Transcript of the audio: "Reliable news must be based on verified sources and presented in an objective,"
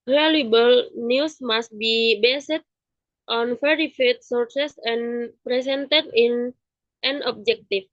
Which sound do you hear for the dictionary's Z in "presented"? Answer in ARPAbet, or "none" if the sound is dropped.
S